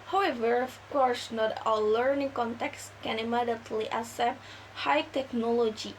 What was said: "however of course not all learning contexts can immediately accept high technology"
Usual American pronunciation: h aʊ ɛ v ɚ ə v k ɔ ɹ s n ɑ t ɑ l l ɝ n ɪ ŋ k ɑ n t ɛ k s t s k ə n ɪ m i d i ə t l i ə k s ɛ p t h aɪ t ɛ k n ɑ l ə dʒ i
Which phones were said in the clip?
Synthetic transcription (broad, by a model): h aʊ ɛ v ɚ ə f k ɔ ɹ s n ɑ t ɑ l l ɝ n ɪ ŋ k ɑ n t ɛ k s s k ə n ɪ m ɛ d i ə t l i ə s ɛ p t h aɪ t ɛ k n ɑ l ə dʒ i